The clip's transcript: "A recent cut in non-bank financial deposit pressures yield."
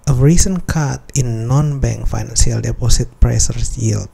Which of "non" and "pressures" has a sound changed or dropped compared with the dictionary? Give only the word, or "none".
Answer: pressures